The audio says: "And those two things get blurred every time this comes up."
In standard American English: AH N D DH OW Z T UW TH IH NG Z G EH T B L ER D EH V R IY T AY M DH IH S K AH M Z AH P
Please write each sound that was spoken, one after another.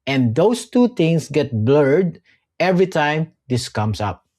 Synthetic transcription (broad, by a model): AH N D OW S T UW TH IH NG S G EH T B L ER D EH V R IY T AY M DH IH S K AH M S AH P